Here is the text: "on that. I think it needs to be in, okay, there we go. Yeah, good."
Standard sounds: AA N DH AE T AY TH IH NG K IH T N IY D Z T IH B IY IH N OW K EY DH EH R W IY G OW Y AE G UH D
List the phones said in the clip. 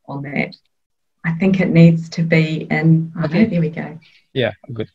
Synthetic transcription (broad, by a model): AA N DH AE T AY TH IH NG K IH T N IY D Z T IH B IY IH N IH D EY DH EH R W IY G OW Y AE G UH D